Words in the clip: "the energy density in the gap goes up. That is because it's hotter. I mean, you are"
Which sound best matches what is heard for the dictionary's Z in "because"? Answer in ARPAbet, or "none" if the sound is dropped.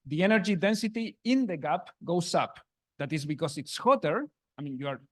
S